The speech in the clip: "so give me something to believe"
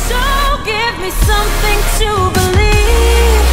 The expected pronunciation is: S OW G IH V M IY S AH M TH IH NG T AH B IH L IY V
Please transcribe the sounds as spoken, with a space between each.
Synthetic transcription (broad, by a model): S OW G IH V M IY S AH M TH IH NG T AH B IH L IY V